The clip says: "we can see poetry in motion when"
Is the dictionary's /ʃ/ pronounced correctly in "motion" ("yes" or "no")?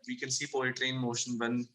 yes